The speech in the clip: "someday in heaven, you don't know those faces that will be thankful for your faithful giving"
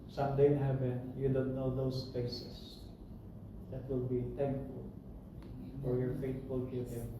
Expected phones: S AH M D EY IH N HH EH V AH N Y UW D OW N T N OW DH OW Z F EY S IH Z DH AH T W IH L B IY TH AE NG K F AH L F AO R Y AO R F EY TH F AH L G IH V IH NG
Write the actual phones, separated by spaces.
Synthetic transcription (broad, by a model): S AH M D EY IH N HH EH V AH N Y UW D OW N T N OW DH OW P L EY S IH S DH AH T W IH L B IY T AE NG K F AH L F AO R Y AO R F EY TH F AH L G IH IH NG